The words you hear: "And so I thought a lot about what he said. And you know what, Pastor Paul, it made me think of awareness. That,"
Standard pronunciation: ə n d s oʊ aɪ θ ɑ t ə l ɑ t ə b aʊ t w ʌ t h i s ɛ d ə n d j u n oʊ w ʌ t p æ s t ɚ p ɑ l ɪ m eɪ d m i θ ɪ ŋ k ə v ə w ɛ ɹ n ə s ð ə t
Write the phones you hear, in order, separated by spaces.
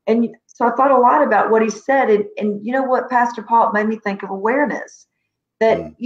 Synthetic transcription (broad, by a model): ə n s oʊ aɪ θ ɑ t ə l ɑ t ə b aʊ t w ʌ t h i s ɛ d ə n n j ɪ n oʊ w ʌ t p æ s t ɚ p ɑ l m eɪ d m i θ ɪ ŋ k ə v ə w ɛ ɹ n ə s ð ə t